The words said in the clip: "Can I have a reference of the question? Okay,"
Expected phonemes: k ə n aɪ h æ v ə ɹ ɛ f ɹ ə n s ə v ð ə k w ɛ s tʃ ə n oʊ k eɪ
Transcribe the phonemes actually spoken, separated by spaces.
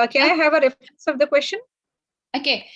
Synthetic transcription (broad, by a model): k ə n aɪ h æ v ə ɹ ɛ f ɹ ə n s ə v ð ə k w ɛ s tʃ ə n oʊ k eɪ